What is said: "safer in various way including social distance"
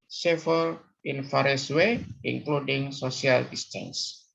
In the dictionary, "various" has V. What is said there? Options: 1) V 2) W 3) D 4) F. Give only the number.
4